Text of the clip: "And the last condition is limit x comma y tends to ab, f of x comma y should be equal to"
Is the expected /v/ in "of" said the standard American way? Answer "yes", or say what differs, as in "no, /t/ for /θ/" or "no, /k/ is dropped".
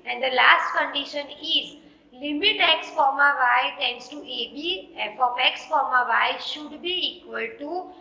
no, /p/ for /v/